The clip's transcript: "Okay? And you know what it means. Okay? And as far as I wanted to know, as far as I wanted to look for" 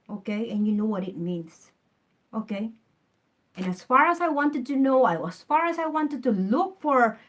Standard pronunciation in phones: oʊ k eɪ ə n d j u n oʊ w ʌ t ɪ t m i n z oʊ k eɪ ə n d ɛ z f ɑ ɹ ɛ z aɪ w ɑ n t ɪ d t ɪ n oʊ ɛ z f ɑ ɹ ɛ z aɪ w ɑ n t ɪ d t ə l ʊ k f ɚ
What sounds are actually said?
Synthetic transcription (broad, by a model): oʊ k eɪ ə n j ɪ n oʊ w ʌ t ɪ t m i n z oʊ k eɪ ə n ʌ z f ɑ ɹ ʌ z aɪ w ɑ n t ɪ d t ɪ n oʊ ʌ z f ɑ ɹ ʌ z aɪ w ɑ n t ɪ d t ə l ʊ k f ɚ